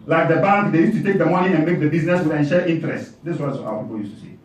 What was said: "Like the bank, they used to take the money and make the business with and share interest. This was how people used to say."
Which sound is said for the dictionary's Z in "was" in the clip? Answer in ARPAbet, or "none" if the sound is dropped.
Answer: S